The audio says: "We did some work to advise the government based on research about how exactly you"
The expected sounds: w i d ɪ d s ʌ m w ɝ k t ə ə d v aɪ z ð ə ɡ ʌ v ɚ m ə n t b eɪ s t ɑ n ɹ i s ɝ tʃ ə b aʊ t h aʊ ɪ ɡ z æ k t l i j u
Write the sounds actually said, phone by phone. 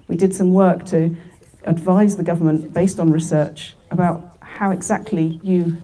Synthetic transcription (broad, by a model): w i d ɪ d s ʌ m w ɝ k t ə ə d v aɪ z ð ə ɡ ʌ v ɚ m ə n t b eɪ s t n ɹ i s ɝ tʃ ə b aʊ t h aʊ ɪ ɡ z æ k t l i j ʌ